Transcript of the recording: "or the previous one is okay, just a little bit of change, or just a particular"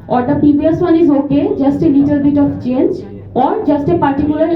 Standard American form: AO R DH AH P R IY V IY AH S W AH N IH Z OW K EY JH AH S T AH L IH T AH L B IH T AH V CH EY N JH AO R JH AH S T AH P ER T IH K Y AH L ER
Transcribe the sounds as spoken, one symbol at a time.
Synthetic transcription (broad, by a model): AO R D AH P IY B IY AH S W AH N IH Z OW K EY JH AH S T AH L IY T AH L B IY T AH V CH EY N JH AO R JH AH S T AH P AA T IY K Y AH L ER